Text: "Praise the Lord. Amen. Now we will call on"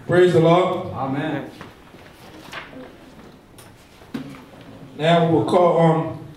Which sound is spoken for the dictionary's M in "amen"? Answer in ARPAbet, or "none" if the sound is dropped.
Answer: M